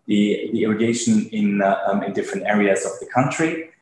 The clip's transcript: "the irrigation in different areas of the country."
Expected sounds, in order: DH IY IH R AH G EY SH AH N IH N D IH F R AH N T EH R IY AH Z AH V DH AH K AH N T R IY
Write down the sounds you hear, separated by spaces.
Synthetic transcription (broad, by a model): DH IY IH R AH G EY SH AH N IH N D IH F R AH N T EH R IY AH Z AH V DH AH K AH N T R IY